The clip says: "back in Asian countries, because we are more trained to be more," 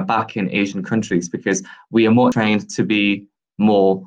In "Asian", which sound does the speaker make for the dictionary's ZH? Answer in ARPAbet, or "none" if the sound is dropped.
ZH